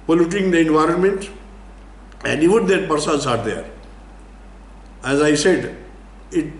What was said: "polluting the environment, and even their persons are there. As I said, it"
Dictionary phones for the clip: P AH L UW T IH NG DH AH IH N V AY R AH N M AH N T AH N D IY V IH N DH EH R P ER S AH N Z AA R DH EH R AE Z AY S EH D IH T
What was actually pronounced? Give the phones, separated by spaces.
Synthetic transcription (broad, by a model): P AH L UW T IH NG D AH IH N V AY R AH N M AH N T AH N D IY V IH N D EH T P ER S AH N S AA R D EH R AE Z AY S EH D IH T